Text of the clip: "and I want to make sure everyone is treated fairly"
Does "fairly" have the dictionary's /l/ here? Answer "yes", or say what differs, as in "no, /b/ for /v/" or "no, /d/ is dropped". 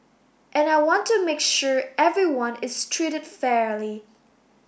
yes